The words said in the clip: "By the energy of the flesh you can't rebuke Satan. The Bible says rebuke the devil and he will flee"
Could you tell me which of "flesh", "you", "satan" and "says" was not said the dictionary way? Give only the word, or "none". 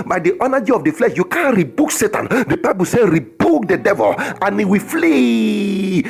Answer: says